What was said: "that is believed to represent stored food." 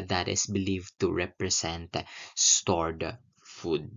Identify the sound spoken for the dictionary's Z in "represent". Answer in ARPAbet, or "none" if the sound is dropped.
S